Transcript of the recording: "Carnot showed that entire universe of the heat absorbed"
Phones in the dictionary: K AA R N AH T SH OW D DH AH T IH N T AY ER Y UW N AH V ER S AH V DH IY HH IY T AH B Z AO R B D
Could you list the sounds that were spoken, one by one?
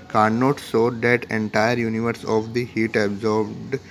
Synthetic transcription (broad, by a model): K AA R N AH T S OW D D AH T IH N T AY ER Y UW N AH V ER S AH V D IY HH IY T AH B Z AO R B D